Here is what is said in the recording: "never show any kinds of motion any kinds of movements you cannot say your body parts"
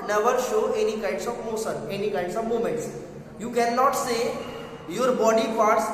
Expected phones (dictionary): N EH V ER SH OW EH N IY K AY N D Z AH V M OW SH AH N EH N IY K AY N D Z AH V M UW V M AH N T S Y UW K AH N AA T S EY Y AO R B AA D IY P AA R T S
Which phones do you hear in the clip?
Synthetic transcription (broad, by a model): N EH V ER SH OW EH N IY K AY N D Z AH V M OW S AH N EH N IY K AY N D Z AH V M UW M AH N T S Y UW K AH N AA T S EY Y AO R B AA D IY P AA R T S